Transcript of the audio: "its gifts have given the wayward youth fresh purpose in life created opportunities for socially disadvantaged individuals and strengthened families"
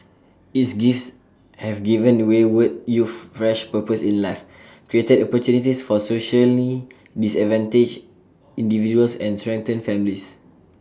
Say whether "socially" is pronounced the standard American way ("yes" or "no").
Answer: yes